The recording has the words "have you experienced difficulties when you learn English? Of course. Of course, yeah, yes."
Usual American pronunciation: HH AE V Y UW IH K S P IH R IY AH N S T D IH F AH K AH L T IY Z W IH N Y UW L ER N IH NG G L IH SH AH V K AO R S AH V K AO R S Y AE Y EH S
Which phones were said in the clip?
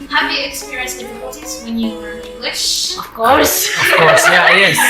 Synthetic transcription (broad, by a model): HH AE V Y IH K S P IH R IY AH N S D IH F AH K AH L T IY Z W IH N Y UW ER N IH NG G L IH SH AH V K AO R S AH V K AO R S Y AE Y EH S